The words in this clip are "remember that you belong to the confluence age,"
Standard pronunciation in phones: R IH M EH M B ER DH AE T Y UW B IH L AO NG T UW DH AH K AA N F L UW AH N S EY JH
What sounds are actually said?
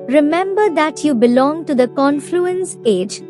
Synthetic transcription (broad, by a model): R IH M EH M B ER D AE T Y UW B IH L AO NG T UW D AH K AA N F L UW AH N S EY JH